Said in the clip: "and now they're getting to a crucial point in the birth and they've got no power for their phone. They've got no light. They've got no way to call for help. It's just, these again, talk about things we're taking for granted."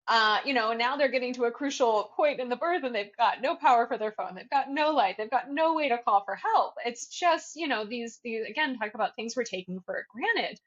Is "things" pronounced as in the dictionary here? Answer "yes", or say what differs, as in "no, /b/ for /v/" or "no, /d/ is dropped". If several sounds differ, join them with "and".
yes